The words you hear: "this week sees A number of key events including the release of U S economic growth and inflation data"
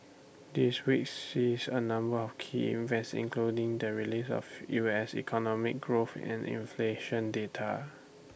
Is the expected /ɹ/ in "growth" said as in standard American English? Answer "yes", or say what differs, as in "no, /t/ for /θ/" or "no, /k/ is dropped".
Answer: yes